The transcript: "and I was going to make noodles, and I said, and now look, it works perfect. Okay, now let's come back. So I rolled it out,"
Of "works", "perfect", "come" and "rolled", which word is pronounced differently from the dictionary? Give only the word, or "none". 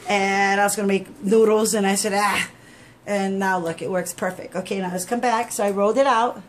rolled